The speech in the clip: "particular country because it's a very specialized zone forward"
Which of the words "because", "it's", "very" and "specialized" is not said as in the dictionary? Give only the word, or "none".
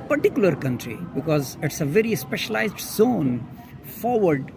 none